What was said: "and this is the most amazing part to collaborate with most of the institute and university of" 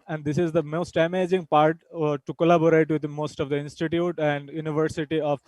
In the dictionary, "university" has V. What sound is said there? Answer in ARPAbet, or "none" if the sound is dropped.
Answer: V